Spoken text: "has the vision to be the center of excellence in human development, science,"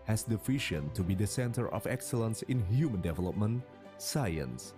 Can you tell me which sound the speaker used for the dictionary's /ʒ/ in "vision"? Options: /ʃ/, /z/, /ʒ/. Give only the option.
/ʃ/